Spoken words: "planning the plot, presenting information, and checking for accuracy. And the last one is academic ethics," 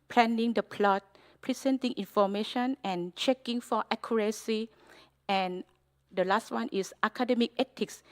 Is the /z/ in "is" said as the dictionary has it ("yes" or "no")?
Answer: no